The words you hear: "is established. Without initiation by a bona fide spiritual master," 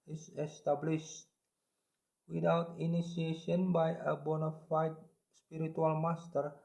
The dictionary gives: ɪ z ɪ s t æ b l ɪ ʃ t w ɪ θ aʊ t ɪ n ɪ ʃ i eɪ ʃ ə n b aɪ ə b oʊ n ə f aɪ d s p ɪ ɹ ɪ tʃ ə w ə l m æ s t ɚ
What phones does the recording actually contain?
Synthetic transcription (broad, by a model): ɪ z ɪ s t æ b l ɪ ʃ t w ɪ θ aʊ t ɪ n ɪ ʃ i eɪ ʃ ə n b aɪ ə b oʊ n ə f aɪ d s p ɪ ɹ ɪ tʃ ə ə l m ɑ s t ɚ